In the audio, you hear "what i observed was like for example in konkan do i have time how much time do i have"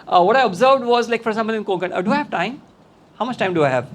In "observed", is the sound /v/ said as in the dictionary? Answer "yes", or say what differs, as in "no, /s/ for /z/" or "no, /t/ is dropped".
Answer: yes